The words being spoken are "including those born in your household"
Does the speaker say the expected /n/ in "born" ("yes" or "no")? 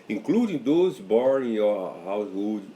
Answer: no